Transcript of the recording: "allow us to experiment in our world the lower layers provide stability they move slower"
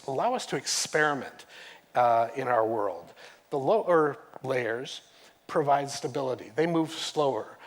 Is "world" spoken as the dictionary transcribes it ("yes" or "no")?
yes